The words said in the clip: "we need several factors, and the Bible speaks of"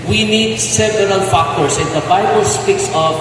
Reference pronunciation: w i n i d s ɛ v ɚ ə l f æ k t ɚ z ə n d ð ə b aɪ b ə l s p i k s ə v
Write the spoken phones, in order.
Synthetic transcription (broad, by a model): w i n i d s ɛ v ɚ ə l f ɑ k t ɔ s ə n d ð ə b aɪ b ə l s p i k s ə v